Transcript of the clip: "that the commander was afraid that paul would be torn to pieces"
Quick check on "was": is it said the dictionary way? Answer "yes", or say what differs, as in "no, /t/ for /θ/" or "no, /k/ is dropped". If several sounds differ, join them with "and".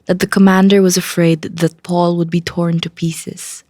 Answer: yes